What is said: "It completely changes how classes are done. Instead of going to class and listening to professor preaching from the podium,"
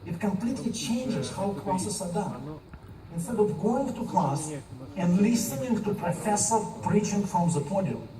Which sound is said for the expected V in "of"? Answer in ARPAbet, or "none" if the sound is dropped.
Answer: V